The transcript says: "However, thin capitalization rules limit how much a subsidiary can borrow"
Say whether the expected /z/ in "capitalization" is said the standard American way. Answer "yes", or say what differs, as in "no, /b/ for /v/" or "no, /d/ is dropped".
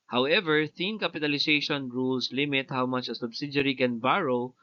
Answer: no, /s/ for /z/